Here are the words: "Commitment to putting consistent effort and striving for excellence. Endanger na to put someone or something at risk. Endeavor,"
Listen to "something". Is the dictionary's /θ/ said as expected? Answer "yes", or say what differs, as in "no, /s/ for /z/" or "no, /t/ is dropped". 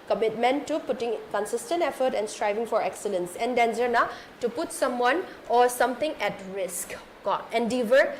no, /t/ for /θ/